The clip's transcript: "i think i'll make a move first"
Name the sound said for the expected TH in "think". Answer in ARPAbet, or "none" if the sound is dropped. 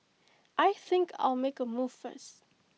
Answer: TH